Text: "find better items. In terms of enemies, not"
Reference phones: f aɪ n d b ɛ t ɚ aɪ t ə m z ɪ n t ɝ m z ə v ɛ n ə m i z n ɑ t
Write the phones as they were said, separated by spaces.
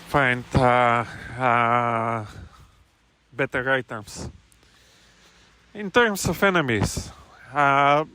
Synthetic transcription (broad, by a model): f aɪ n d b ɛ t ɚ aɪ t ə m s ɪ n t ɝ m s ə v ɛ n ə m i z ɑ